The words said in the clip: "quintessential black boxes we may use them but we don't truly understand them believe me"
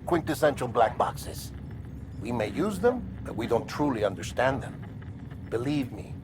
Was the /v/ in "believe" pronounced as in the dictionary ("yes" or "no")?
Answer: yes